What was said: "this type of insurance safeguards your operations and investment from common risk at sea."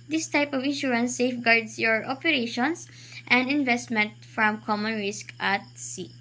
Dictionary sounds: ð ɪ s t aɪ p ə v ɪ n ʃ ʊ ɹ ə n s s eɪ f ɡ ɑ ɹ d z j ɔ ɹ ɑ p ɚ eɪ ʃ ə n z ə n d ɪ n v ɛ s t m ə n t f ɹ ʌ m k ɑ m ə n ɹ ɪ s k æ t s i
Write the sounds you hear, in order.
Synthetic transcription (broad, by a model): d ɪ s t aɪ p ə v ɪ n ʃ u ɹ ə n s s eɪ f ɡ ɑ ɹ d s j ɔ ɹ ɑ p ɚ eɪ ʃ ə n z ə n d ɪ n v ɛ s t m ə n t f ɹ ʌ m k ɑ m ə n ɹ ɪ s k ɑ t s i